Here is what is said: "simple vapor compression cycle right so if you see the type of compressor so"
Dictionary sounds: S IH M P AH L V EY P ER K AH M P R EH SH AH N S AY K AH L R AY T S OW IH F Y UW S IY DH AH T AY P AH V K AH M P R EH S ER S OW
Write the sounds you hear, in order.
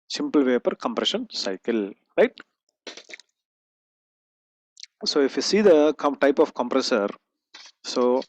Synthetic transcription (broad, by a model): S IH M P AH L V EY P ER K AH M P R EH SH AH N S AY K AH L R AY T S OW IH F Y UW S IY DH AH T AY P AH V K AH M P R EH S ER S OW